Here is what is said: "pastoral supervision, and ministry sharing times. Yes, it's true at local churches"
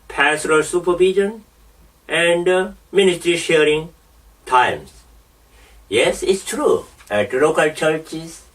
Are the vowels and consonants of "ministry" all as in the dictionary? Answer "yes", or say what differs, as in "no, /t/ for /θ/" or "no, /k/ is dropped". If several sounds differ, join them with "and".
yes